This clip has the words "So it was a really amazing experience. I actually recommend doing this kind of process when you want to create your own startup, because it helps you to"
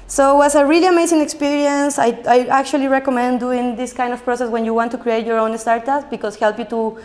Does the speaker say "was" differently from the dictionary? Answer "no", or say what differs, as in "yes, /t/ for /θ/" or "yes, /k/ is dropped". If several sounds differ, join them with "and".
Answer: yes, /s/ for /z/